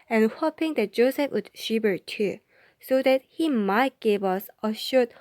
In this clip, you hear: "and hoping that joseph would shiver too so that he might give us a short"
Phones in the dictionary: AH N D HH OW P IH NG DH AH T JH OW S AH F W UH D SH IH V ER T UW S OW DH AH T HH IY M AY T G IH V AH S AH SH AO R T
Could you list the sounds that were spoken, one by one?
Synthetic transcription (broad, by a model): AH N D HH OW P IH NG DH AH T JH OW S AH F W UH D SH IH B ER T UW S OW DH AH T HH IY M AY T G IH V AH S AH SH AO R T